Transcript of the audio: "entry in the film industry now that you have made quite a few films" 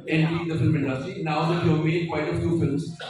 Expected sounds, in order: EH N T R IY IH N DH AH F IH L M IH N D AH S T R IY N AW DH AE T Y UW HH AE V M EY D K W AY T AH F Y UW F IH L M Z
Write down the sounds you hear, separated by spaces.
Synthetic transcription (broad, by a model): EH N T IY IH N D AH F IH L M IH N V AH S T IY N AW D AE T Y UW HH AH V M EY D K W AY T AH F Y UW F IH L M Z